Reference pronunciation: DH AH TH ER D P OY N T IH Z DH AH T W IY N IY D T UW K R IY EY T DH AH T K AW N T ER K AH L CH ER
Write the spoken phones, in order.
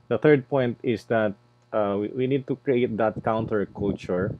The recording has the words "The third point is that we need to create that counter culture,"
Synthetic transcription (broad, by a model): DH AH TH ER D P OY N T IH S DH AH T W IY N IY D T UW K R IY EY T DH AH T K AW N T ER K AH L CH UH